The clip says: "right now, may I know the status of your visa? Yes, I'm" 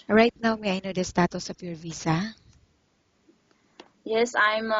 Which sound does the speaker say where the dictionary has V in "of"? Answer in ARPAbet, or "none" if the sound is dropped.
P